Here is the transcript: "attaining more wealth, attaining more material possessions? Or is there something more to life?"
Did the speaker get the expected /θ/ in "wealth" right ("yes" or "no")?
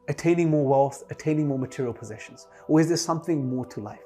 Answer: yes